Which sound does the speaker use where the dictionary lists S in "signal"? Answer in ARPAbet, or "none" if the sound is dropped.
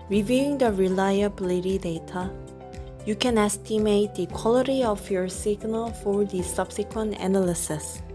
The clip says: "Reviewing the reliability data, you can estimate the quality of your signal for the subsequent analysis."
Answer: S